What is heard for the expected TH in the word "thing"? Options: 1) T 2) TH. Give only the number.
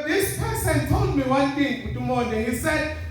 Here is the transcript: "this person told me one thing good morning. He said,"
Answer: 1